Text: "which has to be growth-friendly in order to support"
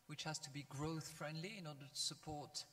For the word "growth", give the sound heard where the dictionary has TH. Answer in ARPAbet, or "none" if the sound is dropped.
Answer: TH